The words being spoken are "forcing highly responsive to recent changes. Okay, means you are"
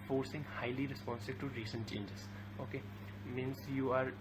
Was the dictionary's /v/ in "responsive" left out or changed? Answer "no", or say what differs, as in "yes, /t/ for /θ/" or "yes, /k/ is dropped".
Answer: yes, /b/ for /v/